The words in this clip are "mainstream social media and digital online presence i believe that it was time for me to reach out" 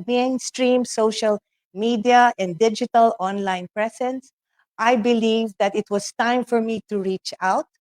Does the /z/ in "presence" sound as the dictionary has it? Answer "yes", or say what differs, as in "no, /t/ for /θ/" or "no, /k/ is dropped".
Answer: no, /s/ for /z/